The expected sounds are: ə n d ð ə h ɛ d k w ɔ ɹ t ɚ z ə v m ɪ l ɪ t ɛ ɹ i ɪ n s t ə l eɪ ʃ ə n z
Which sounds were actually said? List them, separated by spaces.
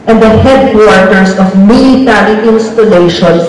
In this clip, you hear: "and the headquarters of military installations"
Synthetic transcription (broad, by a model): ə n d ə h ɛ d k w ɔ ɹ t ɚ s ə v m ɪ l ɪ t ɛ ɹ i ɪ n s t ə l eɪ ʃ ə n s